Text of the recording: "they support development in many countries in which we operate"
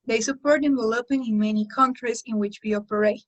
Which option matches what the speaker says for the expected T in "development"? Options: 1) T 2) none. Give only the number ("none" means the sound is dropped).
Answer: 2